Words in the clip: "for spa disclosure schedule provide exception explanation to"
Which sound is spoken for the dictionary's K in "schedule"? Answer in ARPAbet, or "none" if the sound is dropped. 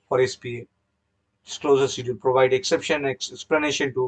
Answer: none